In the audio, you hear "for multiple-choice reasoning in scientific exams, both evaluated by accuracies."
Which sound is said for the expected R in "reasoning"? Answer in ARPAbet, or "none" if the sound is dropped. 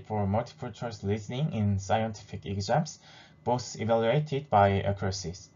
L